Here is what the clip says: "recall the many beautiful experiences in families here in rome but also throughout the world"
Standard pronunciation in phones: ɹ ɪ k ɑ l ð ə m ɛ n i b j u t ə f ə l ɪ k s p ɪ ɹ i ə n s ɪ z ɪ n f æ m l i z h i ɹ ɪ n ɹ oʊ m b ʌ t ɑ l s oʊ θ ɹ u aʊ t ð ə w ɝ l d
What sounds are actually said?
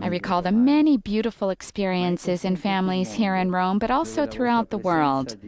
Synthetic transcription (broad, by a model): ɹ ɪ k ɑ l ð ə m ɛ n i b j u t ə f l ɪ k s p ɪ ɹ i ə n s ɪ z ɪ n f æ m l i z h i ɹ ɪ n ɹ oʊ m b ʌ t ɑ l s oʊ θ ɹ u aʊ t ð ə w ɝ l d